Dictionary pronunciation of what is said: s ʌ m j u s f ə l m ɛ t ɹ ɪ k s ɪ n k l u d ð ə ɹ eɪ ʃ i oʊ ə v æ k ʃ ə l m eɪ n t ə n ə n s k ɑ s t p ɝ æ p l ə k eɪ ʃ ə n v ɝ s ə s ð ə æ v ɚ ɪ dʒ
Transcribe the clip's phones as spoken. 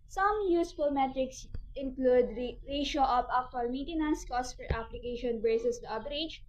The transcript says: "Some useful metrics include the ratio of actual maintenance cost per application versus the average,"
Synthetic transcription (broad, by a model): s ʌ m j u s f ə l m ɛ t ɹ ɪ k s ɪ n k l u d ɹ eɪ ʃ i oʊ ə p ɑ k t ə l m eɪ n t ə n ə n s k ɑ s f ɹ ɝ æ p l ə k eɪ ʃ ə n b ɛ s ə s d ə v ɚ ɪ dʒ